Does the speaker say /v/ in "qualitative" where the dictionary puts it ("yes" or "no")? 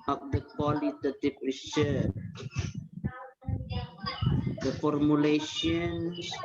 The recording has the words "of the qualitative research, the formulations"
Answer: no